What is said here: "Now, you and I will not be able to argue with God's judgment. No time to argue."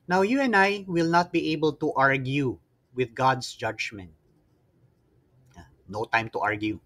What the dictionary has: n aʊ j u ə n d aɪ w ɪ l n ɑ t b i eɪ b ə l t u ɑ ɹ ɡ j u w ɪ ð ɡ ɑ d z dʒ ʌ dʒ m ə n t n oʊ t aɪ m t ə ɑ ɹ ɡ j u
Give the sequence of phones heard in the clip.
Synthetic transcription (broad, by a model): n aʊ j u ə n aɪ w ɪ l n ɑ t b i eɪ b ə l t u ɑ ɹ ɡ j u w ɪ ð ɡ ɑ d s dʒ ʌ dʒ m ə n t n oʊ t aɪ m t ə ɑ ɹ ɡ j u